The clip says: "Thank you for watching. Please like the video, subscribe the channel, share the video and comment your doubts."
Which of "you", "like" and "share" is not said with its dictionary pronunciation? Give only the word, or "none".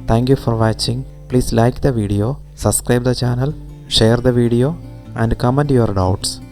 none